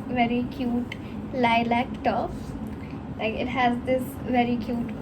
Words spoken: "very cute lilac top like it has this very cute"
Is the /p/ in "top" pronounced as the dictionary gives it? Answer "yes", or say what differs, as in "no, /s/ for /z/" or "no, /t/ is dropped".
no, /f/ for /p/